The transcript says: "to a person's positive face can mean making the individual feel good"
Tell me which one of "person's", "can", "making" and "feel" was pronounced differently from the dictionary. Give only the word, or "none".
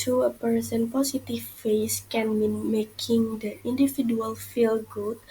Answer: person's